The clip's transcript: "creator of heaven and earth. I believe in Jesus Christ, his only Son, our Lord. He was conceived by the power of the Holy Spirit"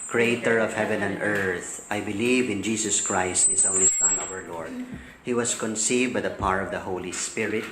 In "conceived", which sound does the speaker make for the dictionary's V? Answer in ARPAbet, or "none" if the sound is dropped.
V